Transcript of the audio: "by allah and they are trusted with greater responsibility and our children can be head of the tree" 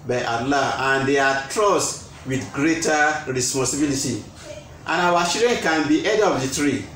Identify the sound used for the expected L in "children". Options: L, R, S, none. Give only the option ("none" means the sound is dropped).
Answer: none